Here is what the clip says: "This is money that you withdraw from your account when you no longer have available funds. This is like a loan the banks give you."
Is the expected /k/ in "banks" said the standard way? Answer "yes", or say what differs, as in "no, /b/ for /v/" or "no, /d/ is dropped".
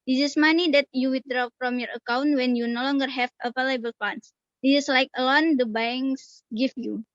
no, /k/ is dropped